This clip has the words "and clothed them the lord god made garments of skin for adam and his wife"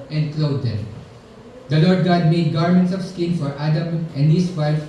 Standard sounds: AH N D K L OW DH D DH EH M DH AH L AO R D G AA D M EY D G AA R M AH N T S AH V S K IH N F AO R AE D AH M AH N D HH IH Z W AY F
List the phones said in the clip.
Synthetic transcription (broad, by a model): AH N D K L OW D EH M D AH L AO R D G AA D M EY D G AA R M AH N T S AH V S K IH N F AO R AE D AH M AH N D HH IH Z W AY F